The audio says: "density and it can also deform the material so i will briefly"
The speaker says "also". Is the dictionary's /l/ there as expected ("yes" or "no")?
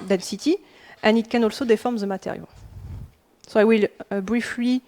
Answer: yes